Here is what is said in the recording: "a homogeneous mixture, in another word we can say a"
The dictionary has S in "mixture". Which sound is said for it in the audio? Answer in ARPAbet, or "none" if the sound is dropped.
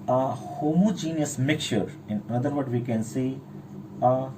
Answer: none